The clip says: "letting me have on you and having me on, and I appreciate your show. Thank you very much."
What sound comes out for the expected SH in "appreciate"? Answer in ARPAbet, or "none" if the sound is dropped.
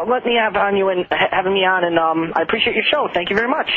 SH